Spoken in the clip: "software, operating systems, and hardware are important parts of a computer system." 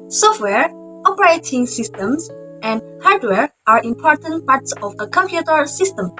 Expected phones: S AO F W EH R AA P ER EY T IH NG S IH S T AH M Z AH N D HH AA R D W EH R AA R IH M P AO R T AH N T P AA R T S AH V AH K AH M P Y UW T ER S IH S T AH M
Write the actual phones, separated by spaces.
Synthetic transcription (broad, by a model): S AO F W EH R AA P ER EY T IH NG S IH S T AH M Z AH N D HH AA R D W EH R AA R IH M P AO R T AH N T P AA R T S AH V AH K AH M P Y UW T ER S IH S T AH M